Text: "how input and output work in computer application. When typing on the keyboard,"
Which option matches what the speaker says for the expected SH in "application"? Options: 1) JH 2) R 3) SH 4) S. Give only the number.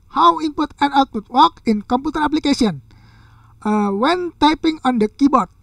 4